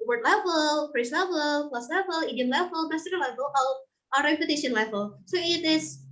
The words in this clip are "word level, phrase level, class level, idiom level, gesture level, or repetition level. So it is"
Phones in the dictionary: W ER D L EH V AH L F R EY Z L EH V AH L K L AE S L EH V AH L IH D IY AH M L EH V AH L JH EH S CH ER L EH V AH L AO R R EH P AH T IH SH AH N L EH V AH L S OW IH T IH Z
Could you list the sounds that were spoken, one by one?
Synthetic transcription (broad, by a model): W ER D L EH V AH L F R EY S L EH V AH L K L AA S L EH V AH L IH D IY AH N L EH V AH L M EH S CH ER L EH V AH L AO L R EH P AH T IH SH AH N L EH V AH L S OW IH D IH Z